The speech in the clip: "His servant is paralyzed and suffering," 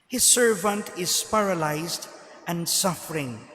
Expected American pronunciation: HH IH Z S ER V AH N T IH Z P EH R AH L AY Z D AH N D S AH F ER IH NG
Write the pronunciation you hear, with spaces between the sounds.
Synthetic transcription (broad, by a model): HH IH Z S ER V AH N T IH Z P EH R AH L AY Z D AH N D S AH F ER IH NG